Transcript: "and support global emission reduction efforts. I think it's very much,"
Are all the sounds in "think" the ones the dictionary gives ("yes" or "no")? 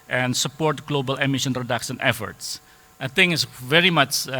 no